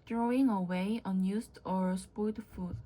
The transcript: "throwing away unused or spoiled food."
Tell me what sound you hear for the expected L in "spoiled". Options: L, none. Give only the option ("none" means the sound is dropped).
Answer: none